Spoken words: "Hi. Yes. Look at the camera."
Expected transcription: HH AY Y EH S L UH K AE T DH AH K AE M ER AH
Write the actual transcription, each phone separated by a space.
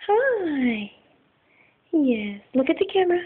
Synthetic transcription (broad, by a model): HH AY Y EH S L UH K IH T DH AH K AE M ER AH